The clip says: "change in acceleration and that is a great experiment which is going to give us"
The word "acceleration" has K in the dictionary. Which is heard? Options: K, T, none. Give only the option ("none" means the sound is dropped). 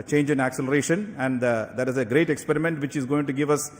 K